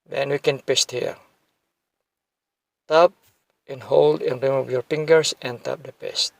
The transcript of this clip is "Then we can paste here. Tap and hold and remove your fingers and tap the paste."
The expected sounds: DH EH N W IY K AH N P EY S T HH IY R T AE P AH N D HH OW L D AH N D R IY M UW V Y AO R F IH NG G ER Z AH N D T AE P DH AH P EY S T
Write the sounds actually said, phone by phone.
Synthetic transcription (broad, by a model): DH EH N W IY K AH N P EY S T HH IY R T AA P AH N HH OW L D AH N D R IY M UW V Y AO R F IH NG G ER S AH N T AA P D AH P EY S T